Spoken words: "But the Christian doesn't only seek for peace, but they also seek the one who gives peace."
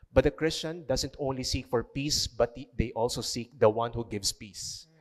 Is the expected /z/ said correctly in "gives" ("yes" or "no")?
no